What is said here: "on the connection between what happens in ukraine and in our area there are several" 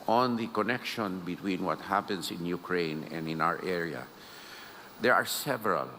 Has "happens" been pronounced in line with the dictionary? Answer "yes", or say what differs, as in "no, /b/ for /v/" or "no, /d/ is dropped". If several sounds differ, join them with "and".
no, /s/ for /z/